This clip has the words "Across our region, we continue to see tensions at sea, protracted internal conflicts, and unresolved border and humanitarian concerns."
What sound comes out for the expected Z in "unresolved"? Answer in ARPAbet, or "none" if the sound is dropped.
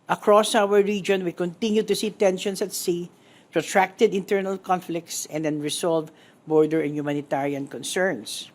S